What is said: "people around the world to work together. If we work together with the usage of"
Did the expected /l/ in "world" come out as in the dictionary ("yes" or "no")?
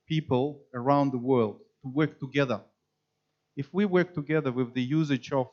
yes